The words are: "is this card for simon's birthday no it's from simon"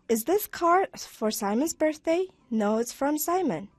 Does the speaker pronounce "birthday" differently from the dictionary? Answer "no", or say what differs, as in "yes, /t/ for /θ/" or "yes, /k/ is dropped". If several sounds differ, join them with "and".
no